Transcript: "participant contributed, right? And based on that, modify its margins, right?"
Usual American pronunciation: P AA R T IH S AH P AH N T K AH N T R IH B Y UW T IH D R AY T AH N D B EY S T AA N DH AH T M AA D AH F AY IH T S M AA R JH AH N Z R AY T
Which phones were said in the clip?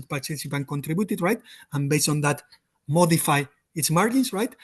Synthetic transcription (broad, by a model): P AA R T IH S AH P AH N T K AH N T R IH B Y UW T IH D R AY T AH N B EY S T AA N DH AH T M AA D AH F AY IH T S M AA R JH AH N S R AY T